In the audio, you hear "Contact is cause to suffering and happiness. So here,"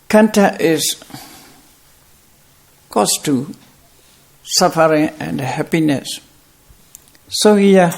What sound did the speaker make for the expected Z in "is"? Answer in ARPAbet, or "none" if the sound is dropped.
S